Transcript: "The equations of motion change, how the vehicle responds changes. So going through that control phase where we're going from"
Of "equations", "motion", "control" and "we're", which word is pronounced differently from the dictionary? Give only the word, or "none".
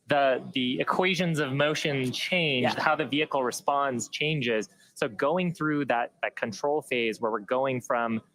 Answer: none